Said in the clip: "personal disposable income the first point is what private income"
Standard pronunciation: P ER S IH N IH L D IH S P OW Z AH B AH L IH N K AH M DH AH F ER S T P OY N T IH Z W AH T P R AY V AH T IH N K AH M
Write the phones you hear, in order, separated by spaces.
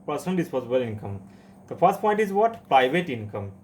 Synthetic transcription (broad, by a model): P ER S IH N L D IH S P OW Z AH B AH L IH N K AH M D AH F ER S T P OY N T IH Z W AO T P R AY V AH T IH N K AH M